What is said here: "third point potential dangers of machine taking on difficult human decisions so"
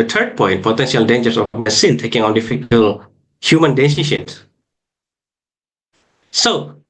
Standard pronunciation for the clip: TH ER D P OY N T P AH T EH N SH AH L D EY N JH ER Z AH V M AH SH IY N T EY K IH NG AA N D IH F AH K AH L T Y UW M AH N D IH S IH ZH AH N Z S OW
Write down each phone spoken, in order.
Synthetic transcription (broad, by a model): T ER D P OY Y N P AH T EH N SH AH L D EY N JH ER S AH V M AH S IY N T EY K IH NG AA N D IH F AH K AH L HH Y UW M AH N D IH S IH SH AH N S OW